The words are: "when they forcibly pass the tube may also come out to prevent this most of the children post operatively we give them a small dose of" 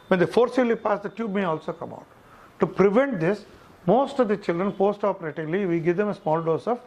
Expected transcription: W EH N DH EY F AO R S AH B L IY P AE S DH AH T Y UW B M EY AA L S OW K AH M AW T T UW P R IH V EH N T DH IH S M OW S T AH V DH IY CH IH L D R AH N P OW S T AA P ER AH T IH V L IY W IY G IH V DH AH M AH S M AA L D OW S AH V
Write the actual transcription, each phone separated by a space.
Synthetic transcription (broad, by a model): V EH N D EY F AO R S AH L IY P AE S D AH T Y UW B M EY AA L S OW K AH M AW T T UW P R IH V EH N T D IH S M OW S T AH V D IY CH IH L D R AH N P OW S T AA P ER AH T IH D L IY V IY G IH V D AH M AH S M AA L D OW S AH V